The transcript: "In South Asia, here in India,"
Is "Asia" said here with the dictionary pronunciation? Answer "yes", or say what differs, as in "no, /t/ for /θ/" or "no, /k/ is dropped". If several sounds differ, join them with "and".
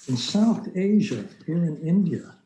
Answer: yes